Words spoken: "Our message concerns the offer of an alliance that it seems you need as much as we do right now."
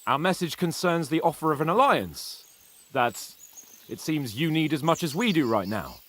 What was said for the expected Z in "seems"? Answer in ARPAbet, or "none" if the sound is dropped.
Z